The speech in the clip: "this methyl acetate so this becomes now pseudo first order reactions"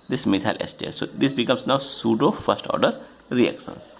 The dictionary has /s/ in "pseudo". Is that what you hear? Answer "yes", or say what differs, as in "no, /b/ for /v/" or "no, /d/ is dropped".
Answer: yes